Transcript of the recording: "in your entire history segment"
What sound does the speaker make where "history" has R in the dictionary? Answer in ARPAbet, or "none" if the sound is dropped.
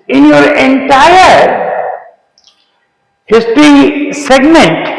R